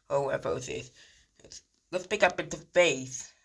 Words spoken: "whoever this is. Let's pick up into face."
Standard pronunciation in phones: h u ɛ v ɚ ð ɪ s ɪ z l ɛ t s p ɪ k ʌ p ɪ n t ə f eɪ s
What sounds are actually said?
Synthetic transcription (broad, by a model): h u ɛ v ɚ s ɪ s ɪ s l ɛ t s p ɪ k ʌ p ɪ n t ə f eɪ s